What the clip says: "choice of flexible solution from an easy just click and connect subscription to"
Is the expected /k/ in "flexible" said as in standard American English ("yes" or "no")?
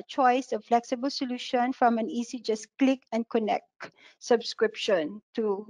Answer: yes